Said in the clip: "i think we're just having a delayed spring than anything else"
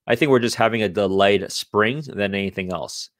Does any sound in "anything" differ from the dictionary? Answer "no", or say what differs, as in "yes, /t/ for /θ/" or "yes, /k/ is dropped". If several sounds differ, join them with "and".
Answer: no